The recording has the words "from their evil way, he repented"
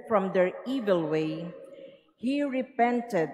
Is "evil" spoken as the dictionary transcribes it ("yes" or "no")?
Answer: yes